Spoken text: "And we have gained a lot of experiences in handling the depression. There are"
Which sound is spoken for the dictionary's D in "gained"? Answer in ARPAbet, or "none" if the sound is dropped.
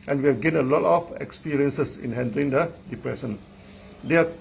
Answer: none